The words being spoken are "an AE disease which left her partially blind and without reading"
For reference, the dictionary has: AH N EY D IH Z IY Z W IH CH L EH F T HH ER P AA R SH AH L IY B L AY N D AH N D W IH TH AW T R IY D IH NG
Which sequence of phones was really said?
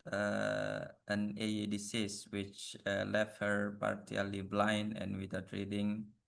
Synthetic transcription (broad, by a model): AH N EY D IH S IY S W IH CH L EH F T HH ER P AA R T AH L IY B L AY N D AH N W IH T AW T R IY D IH NG